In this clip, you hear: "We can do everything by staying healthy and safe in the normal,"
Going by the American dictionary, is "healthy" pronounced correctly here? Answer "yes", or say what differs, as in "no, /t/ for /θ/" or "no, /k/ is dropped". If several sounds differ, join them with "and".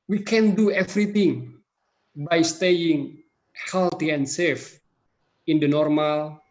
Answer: no, /t/ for /θ/